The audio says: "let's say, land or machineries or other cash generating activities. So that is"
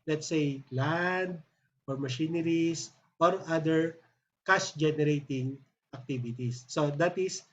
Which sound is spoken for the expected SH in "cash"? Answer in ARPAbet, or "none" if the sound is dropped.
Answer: S